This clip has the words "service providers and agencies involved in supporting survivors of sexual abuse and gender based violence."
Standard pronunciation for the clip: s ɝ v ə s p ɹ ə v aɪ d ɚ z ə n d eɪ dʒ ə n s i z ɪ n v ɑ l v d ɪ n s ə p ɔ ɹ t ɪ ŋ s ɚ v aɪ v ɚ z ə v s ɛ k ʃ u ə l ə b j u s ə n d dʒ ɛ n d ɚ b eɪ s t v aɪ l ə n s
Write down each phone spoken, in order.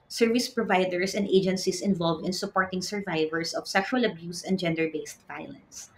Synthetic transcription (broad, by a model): s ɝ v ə s p ɹ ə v aɪ d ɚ s ə n d eɪ dʒ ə n s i s ɪ n v ɑ l v d ɪ n s ə p ɔ ɹ t ɪ ŋ s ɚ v aɪ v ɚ s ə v s ɛ k ʃ u ə l ə b j u s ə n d dʒ ɛ n d ɚ b eɪ s t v aɪ l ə n s